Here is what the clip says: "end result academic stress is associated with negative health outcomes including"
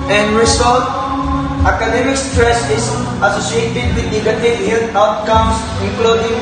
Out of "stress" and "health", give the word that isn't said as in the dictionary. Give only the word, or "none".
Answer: health